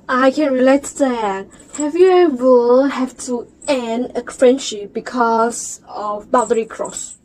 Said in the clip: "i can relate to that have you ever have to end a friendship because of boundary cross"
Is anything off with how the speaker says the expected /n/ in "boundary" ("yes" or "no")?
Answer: yes